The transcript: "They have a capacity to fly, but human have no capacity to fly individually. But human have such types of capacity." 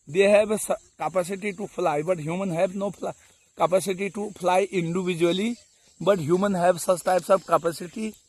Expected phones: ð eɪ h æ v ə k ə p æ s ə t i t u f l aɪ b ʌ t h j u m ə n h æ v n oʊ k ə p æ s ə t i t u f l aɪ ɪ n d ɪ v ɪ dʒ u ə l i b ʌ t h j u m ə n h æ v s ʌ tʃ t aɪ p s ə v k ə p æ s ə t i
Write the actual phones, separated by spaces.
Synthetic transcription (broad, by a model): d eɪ h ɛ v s k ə p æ s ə t i t u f l aɪ b ʌ t h j u m ə n h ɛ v n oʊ k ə p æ s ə t i t u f l aɪ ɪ n d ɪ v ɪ dʒ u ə l i b ʌ t h j u m ə n h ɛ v s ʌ s t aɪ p s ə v k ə p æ s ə t i